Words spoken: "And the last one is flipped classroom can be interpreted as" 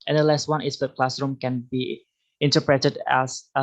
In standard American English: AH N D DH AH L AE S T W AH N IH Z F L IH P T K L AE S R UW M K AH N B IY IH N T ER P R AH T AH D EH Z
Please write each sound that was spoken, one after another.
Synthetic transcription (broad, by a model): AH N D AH L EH S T W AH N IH S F IH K L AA S R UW M K AH N B IY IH N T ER P R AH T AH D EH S